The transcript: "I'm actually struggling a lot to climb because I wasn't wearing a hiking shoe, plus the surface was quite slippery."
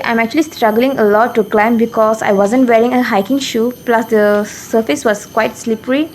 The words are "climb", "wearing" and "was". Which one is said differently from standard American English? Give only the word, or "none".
was